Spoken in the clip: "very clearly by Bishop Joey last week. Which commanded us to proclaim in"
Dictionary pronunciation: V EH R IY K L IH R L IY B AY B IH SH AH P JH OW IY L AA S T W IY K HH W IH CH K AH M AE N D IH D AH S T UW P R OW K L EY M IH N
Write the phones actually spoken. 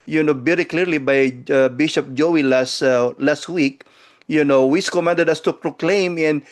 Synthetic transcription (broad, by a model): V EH R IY K L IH R L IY B AY B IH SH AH P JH OW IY L AA S T W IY K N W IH S K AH M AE N D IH D AH S T UW P R OW K L EY M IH N